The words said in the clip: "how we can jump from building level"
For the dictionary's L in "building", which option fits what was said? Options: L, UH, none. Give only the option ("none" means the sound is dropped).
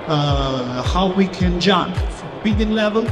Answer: none